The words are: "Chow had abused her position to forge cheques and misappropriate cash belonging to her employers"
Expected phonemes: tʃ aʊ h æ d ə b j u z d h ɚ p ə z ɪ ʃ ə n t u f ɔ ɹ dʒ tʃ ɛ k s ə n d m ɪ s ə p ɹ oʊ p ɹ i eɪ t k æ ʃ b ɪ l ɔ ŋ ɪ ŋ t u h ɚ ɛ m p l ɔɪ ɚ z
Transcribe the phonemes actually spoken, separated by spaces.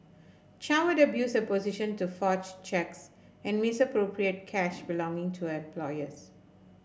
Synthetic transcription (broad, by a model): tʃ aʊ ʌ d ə b j u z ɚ p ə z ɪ ʃ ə n t u f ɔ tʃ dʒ tʃ ɛ k s ə n d m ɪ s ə p ɹ oʊ p ɹ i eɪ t k æ ʃ b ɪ l ɔ ŋ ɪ ŋ t u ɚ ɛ m p l ɔɪ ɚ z